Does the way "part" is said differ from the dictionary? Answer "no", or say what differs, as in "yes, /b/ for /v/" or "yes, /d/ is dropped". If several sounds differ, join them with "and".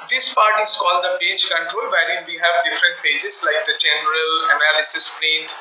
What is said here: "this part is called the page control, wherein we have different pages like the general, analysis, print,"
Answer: no